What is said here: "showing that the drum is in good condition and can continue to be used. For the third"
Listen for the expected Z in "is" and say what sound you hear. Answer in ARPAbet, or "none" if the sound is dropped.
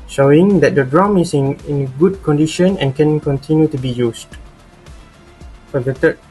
S